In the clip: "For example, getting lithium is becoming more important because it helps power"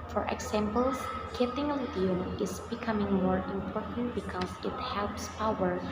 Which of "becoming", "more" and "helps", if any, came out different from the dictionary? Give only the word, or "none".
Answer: none